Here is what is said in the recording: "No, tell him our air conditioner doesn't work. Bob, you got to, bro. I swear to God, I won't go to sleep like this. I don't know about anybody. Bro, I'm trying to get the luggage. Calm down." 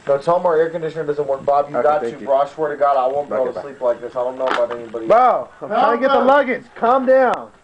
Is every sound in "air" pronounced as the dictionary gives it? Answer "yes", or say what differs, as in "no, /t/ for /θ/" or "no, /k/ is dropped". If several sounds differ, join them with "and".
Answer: yes